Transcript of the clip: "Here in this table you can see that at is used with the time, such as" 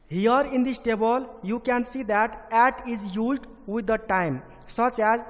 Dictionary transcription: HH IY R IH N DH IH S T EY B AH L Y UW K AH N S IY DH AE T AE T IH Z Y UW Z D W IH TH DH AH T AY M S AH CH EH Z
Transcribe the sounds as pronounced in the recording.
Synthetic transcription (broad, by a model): HH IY R IH N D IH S T EY B AH L Y UW K AH N S IY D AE T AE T IH Z Y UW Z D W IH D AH T AY M S AH CH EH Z